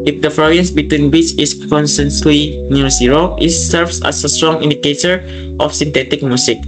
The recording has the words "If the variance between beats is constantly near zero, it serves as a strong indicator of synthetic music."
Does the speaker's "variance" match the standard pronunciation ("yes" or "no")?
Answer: no